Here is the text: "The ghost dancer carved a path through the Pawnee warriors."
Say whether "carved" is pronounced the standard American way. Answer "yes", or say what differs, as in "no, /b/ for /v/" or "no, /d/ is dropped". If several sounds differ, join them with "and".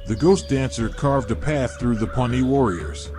yes